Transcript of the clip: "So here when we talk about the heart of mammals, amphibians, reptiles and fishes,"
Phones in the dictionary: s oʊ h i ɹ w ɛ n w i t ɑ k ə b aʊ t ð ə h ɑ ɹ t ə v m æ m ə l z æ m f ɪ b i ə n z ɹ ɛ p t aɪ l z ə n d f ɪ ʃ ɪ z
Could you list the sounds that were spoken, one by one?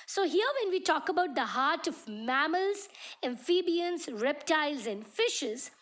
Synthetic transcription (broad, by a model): s oʊ h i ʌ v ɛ n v i t ɑ k ə b aʊ t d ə h ɑ ɹ t ə v m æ m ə l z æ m f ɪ b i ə n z ɹ ɛ p t aɪ l z ə n d f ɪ ʃ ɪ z